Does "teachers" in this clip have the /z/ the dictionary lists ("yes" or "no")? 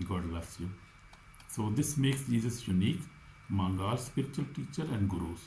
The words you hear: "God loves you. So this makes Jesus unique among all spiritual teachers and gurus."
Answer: no